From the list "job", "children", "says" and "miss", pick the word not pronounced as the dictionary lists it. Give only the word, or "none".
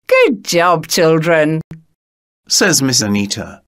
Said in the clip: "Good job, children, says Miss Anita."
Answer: none